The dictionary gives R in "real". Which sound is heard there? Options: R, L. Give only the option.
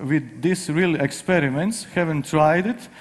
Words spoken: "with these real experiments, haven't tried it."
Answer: R